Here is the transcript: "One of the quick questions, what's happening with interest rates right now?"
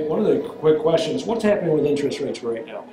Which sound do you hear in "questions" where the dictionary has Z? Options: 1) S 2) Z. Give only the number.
2